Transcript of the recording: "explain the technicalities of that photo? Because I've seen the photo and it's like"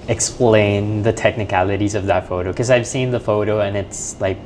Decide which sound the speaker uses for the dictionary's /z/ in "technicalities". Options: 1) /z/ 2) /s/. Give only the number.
1